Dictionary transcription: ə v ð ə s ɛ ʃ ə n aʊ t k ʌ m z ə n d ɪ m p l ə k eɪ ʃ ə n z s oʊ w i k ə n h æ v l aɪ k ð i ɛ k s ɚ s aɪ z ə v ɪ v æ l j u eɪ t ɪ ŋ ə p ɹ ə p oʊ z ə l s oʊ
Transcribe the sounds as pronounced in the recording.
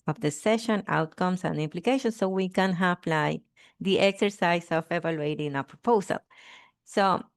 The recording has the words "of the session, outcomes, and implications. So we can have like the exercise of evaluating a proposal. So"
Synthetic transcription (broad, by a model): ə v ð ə s ɛ ʃ ə n aʊ t k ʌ m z ə n d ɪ m p l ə k eɪ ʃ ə n s oʊ w i k ə n h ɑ p l aɪ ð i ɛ k s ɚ s aɪ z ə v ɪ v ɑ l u eɪ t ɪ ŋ ə p ɹ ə p oʊ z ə l s oʊ